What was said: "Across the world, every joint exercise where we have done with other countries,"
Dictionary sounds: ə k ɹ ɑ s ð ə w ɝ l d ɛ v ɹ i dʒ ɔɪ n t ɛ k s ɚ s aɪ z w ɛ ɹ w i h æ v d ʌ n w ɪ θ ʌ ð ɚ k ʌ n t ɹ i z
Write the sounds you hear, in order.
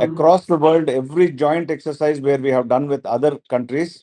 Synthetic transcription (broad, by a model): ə k ɹ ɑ s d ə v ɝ l d ɛ v ɹ i dʒ ɔɪ n t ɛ k s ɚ s aɪ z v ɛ ɹ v i h æ v d ʌ n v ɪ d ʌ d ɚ k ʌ n t ɹ i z